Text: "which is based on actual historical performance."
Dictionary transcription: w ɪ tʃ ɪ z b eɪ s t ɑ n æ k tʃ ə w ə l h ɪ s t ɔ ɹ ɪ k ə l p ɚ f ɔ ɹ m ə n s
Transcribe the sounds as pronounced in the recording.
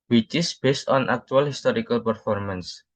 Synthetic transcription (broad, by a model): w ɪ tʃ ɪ s b eɪ s t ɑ n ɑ k tʃ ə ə l h ɪ s t ɔ ɹ ɪ k ə l p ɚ f ɔ ɹ m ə n s